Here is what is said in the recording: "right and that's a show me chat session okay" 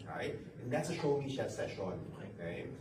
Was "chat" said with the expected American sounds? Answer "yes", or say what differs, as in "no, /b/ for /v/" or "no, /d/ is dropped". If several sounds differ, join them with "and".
no, /ʃ/ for /tʃ/